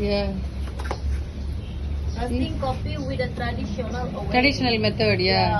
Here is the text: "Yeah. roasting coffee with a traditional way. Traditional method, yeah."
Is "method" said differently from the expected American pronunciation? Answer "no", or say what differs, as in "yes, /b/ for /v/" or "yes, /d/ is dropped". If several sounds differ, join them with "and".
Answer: yes, /t/ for /θ/